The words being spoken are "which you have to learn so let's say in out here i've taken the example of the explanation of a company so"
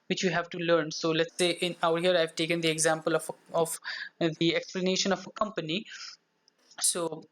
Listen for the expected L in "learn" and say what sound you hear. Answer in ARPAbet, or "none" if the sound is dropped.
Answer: L